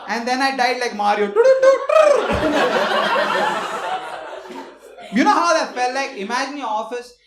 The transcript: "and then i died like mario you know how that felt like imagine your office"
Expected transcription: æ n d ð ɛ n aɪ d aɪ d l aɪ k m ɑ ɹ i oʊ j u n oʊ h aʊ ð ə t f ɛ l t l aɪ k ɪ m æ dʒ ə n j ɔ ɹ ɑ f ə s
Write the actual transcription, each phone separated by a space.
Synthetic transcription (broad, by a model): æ n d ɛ n aɪ d aɪ d l aɪ k m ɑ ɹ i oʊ j u n oʊ h aʊ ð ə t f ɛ l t l aɪ k ɪ m æ dʒ ə n j ɔ ɹ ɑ f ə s